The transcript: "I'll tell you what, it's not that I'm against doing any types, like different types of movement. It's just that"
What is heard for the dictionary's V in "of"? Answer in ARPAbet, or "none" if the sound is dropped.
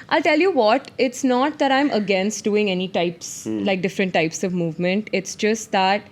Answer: V